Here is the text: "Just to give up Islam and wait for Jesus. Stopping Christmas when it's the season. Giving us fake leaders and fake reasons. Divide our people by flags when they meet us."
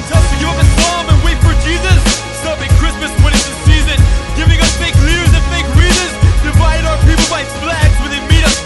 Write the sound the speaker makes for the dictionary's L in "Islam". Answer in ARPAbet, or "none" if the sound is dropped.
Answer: none